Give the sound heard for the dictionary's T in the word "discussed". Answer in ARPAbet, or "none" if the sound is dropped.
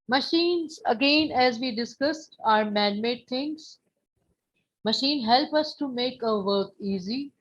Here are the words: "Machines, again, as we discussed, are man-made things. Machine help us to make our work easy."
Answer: T